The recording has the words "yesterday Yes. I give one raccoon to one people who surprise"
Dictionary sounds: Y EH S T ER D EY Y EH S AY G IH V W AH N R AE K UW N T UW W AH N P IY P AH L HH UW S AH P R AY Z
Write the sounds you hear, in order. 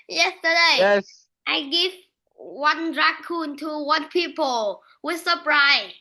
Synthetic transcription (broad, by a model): Y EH S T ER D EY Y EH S AY G IH V W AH N R AE K UW N T UW W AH N P IY P AH L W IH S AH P R AY